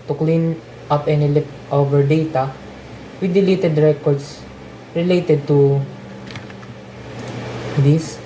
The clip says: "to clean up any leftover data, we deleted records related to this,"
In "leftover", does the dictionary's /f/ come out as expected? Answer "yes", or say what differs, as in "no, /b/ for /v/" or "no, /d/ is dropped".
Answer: no, /p/ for /f/